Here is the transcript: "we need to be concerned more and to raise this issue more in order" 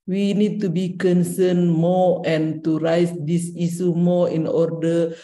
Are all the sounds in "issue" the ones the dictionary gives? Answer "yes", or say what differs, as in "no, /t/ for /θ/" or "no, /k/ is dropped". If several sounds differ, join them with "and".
no, /s/ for /ʃ/